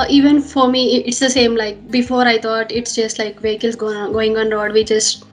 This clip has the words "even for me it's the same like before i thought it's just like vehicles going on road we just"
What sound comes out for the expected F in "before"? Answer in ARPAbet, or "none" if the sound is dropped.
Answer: F